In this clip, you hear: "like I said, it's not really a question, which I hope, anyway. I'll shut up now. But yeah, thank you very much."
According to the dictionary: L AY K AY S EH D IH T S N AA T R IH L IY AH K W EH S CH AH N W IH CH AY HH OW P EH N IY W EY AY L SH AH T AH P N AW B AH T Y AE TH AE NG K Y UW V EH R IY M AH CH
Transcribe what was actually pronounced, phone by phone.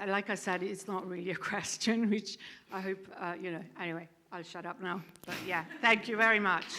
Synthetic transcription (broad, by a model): L AY K AY S EH D IH T S N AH T R IH L IY AH K W EH S CH AH N W IH CH AY HH OW P EH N IY W EY AY L SH AH T AH P N AW B AH T Y AE TH AE NG K Y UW V EH R IY M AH CH